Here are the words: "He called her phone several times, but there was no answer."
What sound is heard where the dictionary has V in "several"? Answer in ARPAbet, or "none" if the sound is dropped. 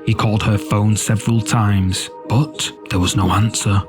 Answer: V